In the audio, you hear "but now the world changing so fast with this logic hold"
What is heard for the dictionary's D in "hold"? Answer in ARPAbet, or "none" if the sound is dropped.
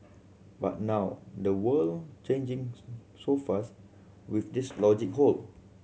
none